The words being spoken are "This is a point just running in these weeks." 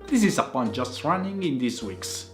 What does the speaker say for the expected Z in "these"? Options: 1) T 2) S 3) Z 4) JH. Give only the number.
2